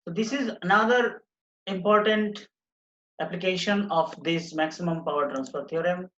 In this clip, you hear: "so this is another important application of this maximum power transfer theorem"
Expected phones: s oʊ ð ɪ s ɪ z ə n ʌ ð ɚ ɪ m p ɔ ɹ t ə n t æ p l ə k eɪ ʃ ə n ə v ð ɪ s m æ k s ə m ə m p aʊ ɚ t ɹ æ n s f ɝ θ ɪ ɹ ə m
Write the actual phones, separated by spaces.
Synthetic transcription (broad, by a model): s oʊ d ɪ s ɪ z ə n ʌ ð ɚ ɪ m p ɔ ɹ t ə n t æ p l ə k eɪ ʃ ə n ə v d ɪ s m æ k s ə m ə m p aʊ ɚ t ɹ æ n s p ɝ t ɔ ɹ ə m